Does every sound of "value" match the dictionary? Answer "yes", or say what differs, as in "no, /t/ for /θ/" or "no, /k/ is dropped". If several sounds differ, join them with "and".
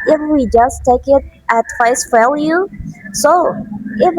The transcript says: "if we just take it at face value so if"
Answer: no, /f/ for /v/